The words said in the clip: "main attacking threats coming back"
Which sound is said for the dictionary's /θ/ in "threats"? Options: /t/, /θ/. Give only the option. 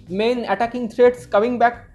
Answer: /t/